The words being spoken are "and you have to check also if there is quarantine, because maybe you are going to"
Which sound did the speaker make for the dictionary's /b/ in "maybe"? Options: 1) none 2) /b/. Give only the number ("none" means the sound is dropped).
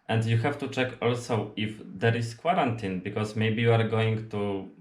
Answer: 2